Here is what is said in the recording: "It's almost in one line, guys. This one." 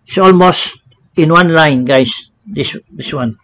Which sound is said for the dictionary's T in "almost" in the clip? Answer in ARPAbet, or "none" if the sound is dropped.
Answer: T